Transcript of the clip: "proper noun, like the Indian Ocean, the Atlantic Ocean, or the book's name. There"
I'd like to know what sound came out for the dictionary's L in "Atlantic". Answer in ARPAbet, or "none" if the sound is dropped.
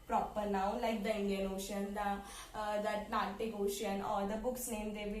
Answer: N